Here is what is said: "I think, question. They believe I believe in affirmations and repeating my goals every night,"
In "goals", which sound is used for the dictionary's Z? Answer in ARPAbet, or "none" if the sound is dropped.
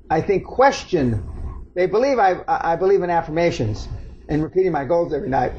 Z